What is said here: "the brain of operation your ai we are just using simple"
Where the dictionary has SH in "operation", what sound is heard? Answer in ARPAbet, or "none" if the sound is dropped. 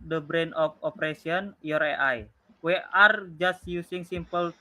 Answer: S